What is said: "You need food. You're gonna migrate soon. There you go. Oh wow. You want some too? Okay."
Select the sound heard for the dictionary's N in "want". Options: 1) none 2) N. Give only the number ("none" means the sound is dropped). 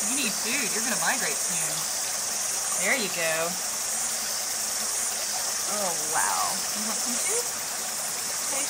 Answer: 1